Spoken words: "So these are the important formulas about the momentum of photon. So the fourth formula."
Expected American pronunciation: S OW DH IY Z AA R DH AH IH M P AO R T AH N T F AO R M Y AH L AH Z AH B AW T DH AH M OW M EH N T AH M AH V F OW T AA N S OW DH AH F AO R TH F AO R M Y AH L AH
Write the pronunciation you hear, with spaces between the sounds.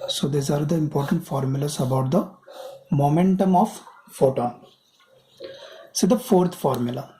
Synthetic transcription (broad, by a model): S OW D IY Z AA R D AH IH M P AO R T AH N T F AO R M Y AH L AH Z AH B AW T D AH M OW M EH N T AH M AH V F OW T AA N S OW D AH F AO R T F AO R M Y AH L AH